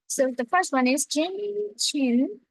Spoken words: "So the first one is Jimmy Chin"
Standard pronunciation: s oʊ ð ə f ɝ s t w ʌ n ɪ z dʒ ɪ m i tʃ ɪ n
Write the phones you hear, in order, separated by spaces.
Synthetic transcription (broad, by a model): s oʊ ð ə f ɝ s t w ʌ n ɪ z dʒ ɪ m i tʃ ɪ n